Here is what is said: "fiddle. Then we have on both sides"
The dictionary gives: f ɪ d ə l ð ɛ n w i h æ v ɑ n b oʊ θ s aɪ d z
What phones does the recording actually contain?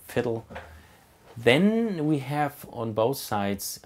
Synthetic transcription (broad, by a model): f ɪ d l ð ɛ n w i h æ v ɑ n b oʊ θ s aɪ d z